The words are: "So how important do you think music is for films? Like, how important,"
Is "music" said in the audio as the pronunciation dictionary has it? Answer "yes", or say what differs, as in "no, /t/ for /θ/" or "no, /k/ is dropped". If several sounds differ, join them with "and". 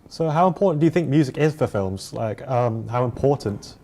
yes